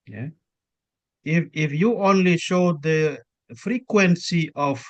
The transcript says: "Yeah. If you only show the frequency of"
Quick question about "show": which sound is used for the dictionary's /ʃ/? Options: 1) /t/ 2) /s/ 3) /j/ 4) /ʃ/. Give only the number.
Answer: 4